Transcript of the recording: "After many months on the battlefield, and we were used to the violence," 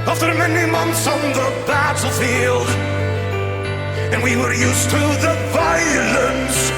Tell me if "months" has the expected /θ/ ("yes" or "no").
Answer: yes